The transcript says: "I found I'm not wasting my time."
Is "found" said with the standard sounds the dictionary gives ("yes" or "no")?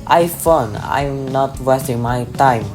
no